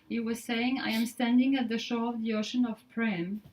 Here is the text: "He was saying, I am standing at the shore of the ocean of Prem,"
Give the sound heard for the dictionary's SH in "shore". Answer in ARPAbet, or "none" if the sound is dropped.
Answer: SH